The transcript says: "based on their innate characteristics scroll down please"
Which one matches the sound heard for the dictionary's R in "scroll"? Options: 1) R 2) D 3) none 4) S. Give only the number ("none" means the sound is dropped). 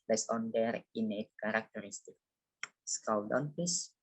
3